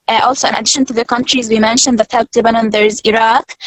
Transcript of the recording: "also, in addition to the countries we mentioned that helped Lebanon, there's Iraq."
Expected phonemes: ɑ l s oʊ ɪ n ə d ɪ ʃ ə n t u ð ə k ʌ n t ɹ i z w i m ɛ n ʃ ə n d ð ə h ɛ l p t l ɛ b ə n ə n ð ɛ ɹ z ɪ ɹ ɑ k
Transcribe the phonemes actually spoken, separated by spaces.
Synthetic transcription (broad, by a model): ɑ l s oʊ ɪ n ə d ɪ ʃ ə n t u ð ə k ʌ n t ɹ i z w i m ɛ n ʃ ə n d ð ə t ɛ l t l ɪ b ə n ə n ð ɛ ɹ z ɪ ɹ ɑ k